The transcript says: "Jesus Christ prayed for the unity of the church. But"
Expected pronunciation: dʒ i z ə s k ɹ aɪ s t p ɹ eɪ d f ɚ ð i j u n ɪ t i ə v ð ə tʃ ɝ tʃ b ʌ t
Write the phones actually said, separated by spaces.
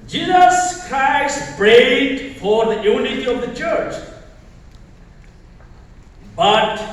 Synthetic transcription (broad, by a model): dʒ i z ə s k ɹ aɪ s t b ɹ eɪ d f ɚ ð i j u n ɪ t i ə v ð ə tʃ ɝ tʃ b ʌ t